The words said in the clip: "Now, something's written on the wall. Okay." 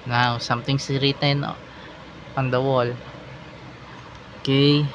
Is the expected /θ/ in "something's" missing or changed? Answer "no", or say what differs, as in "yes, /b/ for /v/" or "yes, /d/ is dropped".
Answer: yes, /t/ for /θ/